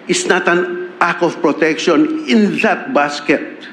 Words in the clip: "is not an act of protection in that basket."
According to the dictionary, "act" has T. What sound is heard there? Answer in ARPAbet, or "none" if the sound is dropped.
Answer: none